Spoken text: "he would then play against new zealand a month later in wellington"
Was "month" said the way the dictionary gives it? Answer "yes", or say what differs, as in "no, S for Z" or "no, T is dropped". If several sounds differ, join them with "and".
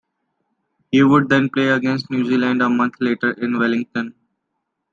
no, T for TH